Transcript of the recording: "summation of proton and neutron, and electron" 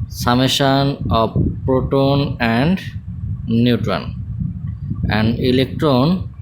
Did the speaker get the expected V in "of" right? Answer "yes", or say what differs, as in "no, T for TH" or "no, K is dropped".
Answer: no, B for V